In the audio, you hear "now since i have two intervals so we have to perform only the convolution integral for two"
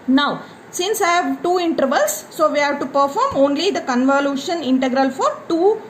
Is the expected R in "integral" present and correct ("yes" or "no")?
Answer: yes